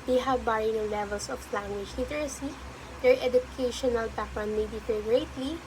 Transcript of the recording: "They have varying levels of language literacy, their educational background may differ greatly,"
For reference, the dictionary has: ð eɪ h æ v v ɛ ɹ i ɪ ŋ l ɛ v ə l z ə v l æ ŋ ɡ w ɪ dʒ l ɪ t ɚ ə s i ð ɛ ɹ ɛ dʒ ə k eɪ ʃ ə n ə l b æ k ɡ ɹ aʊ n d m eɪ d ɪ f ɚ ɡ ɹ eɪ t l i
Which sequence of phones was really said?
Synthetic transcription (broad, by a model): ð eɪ h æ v b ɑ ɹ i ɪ l ɛ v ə l s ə f l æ ŋ ɡ w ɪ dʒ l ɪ t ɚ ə s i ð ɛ ɹ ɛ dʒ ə k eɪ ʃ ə n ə l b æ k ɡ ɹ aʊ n m eɪ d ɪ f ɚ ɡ ɹ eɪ t l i